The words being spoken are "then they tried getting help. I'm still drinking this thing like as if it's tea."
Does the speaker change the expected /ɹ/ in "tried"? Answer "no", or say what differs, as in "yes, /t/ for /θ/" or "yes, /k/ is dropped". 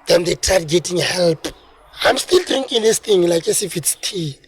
yes, /ɹ/ is dropped